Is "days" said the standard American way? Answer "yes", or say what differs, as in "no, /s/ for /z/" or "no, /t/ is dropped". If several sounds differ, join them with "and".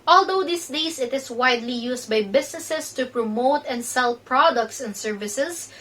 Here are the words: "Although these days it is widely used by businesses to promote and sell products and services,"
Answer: no, /s/ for /z/